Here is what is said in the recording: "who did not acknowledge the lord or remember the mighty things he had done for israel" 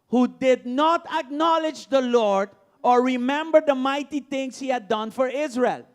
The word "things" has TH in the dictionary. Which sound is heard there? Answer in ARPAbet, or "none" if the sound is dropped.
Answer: T